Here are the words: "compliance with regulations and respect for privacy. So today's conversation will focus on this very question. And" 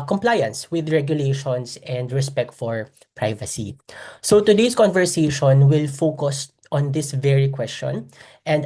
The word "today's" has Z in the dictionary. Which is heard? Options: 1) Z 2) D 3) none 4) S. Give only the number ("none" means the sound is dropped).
4